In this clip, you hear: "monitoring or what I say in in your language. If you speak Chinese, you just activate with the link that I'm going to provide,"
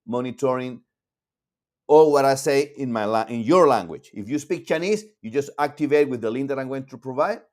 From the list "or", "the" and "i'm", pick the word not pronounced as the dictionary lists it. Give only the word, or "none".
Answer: or